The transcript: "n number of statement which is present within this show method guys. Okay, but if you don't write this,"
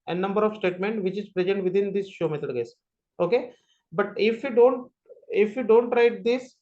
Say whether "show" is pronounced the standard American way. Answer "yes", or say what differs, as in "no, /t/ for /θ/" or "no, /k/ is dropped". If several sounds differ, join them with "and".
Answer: yes